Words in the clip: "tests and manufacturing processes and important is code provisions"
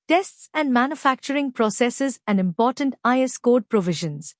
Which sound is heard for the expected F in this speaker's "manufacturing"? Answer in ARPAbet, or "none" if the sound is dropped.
F